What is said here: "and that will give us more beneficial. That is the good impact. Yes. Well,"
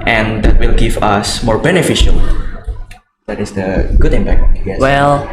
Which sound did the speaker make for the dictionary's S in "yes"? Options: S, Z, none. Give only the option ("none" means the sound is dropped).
none